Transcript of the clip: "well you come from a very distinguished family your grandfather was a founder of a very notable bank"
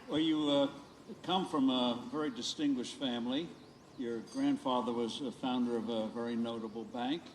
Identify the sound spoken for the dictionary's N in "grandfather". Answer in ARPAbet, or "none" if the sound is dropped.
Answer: N